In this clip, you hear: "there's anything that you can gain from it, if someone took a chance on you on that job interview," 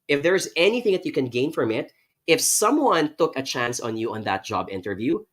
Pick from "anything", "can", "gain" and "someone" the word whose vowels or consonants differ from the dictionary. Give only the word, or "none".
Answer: none